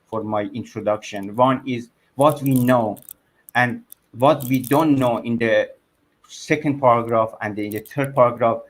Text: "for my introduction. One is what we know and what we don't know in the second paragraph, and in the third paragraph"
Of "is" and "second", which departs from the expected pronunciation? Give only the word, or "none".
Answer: none